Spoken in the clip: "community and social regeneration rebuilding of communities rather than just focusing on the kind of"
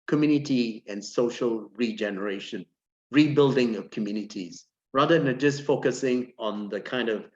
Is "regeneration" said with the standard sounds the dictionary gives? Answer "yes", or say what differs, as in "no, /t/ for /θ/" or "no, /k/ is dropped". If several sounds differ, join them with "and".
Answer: yes